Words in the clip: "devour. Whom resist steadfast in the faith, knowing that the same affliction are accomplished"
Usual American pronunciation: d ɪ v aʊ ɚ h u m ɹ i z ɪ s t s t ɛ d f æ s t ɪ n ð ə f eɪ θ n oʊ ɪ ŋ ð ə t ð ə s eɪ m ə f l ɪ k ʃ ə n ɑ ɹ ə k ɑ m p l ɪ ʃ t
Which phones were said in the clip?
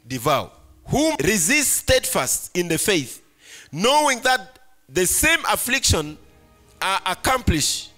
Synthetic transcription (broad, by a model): d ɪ v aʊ h u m ɹ i z ɪ s t s t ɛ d f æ s t ɪ n ð ə f eɪ θ n oʊ ɪ ŋ ð ə t ð ə s eɪ m ə f l ɪ k ʃ ə n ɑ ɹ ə k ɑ m p l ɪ ʃ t